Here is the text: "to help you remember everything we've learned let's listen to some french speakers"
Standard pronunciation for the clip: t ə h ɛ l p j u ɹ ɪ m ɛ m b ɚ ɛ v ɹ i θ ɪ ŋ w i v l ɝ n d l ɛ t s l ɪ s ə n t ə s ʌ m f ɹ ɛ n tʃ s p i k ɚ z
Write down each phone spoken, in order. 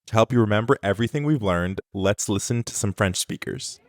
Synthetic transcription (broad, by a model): t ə h ɛ l p j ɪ ɹ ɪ m ɛ m b ɚ ɛ v ɹ i θ ɪ ŋ w i v l ɝ n d l ɛ t s l ɪ s ə n t ə s ʌ m f ɹ ɛ n tʃ s p i k ɚ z